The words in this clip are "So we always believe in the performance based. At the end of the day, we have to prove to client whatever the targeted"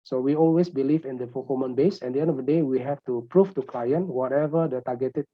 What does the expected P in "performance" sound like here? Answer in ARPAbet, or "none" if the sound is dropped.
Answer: F